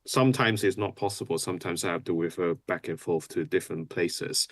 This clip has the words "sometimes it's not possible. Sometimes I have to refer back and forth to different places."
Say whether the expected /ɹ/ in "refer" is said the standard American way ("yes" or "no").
no